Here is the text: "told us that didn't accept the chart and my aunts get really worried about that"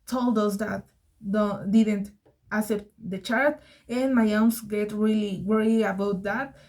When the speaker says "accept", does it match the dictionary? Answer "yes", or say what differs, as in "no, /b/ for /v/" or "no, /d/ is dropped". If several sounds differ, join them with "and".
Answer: no, /k/ is dropped